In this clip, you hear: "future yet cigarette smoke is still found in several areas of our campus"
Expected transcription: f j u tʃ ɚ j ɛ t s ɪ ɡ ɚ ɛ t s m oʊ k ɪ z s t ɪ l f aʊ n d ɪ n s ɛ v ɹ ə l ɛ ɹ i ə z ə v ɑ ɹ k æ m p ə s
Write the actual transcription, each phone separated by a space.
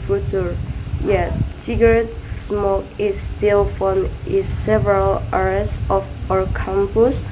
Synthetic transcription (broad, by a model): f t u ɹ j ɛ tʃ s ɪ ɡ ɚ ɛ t s m oʊ k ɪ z s t ɪ l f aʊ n ɪ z s ɛ v ɹ ə l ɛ ɹ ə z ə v ɑ ɹ k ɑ m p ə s